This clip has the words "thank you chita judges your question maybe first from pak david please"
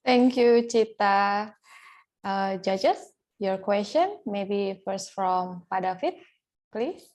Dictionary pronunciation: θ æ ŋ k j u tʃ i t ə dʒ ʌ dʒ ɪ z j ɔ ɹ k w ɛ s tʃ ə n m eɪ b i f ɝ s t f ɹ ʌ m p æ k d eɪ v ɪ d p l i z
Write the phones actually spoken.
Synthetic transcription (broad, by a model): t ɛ ŋ k j u tʃ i t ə dʒ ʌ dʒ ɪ s j ɔ ɹ k w ɛ s tʃ ə n m eɪ b i f ɝ s t f ɹ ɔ m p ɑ d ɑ f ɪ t p l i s